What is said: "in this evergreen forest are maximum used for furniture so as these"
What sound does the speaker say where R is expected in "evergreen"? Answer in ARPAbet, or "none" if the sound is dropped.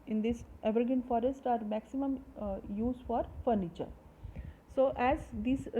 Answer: none